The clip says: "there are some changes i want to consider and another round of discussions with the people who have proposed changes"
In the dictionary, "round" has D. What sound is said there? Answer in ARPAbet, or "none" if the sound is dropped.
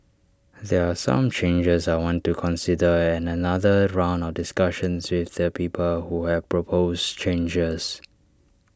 D